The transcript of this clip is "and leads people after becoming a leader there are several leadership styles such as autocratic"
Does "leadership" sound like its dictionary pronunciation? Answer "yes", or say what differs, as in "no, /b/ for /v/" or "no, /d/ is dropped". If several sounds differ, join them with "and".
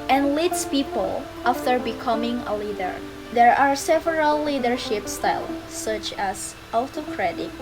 yes